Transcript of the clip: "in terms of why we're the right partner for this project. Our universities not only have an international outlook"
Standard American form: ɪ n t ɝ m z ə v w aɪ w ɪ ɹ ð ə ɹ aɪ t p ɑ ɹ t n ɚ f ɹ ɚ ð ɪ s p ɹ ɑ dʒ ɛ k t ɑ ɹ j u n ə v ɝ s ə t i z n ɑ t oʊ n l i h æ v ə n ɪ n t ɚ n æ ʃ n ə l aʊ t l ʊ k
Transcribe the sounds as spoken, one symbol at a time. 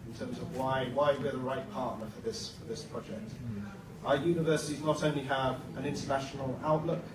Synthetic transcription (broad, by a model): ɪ n t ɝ m z ə v w aɪ w ɪ w ð ə ɹ aɪ t p ɑ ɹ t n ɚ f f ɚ ð ɪ s p ɹ ɑ dʒ ɛ k t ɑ j u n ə v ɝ s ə t i z n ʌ t oʊ n l i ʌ v ə n ɪ n t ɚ n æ ʃ n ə l aʊ t l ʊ k